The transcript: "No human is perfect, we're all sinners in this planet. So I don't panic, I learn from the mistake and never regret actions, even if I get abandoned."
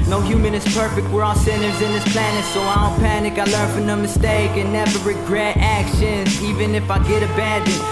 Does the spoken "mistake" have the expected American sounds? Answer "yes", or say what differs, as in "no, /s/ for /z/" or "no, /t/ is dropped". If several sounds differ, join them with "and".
yes